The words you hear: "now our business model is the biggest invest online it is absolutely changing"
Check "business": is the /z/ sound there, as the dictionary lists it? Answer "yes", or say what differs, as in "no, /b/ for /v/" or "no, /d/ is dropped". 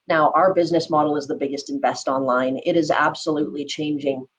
yes